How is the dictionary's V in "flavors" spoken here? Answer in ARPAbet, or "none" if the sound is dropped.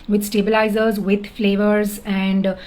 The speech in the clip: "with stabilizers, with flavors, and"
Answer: V